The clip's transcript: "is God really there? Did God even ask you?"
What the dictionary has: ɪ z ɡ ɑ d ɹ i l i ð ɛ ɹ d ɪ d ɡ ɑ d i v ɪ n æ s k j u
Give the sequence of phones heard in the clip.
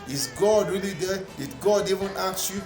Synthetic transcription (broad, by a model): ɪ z ɡ ɑ d ɹ i l i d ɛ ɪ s ɡ ɑ d i v ɪ n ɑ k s j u